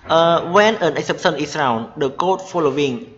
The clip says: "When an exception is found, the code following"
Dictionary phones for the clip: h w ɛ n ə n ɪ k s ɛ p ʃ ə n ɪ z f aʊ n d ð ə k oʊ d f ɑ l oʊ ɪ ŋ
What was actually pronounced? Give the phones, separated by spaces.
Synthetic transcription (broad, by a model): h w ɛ n ə n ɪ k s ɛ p s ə n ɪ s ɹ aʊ n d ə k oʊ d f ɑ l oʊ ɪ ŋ